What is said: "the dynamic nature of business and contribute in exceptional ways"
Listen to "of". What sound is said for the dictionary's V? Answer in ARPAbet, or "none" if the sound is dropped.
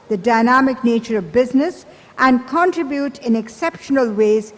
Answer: V